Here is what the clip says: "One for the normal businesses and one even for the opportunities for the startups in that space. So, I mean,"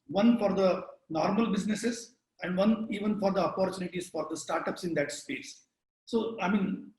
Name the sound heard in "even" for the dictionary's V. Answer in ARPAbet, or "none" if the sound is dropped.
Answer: V